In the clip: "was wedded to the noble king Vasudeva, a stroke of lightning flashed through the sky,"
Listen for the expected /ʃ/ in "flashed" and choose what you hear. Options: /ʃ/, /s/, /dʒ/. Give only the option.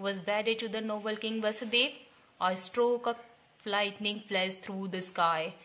/s/